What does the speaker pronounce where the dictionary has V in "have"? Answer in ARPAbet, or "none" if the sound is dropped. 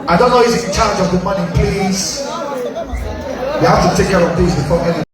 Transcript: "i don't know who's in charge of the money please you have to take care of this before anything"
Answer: F